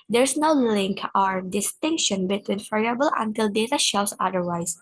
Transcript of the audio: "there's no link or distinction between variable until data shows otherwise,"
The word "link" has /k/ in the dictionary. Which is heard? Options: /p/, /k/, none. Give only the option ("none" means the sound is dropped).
/k/